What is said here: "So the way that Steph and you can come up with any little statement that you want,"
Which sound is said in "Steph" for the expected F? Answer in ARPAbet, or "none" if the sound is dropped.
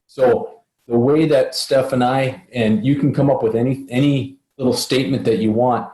F